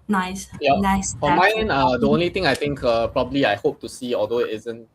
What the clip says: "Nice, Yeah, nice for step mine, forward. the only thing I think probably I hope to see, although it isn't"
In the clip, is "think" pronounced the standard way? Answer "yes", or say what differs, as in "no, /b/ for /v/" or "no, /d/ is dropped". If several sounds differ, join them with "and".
no, /t/ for /θ/